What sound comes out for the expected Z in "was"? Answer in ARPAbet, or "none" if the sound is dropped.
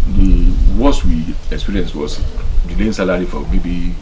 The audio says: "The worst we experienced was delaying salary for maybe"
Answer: S